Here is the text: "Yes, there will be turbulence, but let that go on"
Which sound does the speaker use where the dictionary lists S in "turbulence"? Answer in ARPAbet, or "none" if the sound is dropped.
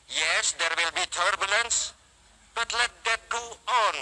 S